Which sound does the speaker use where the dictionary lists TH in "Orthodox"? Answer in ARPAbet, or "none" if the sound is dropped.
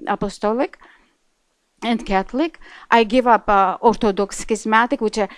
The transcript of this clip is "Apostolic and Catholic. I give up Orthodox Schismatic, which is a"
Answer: T